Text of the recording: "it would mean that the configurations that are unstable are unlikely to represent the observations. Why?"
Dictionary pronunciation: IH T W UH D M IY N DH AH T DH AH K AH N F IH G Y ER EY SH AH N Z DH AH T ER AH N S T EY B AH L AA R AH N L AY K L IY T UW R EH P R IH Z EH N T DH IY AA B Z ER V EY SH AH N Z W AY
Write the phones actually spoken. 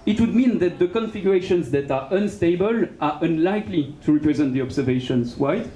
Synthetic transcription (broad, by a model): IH T W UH D M IY N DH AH T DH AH K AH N F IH G Y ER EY SH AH N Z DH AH T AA AH N S T EY B AH L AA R AH N L AY K L IY T UW R EH P R IH Z EH N T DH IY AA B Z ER V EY SH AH N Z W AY